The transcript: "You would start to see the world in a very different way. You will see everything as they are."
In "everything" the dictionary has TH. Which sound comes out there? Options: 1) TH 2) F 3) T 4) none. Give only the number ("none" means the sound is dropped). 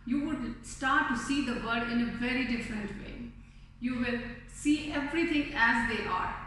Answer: 3